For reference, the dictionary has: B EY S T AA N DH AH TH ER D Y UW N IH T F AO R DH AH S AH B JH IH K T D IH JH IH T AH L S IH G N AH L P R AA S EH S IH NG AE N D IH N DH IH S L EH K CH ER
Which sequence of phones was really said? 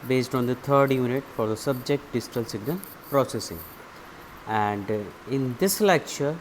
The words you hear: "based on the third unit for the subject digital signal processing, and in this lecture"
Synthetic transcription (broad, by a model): B EY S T AA N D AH T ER D Y UW N IH T F AO R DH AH S AH B JH IH K T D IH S T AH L S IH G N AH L P R AA S EH S IH NG AE N D IH N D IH S L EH K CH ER